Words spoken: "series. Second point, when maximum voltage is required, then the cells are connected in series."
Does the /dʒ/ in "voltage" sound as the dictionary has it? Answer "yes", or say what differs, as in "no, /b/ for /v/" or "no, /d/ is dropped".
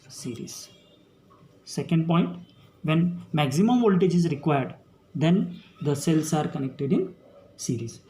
yes